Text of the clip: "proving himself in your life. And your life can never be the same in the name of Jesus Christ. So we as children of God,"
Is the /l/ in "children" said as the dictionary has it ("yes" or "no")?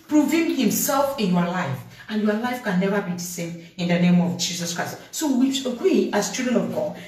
no